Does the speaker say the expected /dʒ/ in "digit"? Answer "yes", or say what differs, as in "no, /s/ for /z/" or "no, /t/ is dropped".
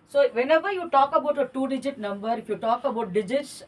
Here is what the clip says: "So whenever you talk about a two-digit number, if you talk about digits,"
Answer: yes